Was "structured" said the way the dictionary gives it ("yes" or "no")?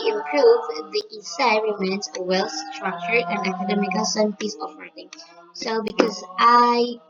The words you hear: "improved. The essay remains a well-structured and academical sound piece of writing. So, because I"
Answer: no